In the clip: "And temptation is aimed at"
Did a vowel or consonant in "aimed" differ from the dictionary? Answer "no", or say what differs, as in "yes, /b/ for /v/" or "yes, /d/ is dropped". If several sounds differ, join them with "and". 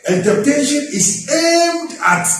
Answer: no